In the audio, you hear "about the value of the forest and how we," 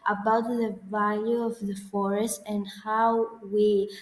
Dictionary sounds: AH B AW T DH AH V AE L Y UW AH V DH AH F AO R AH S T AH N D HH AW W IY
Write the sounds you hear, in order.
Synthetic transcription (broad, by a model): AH B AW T DH AH V AE L Y UW AH V DH AH F AO R AH S T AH N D HH AW W IY